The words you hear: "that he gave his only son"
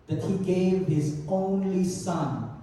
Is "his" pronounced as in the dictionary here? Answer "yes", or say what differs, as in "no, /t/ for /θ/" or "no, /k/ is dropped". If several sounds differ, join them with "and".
yes